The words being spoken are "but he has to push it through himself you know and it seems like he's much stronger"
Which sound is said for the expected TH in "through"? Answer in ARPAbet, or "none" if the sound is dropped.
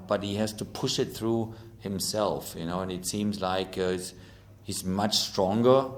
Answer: TH